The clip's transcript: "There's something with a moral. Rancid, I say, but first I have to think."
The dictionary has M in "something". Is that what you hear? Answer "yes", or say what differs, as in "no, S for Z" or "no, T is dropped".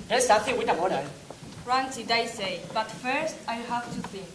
no, M is dropped